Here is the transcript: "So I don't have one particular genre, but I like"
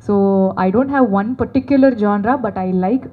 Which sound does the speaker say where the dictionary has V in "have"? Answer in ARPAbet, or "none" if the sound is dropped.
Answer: V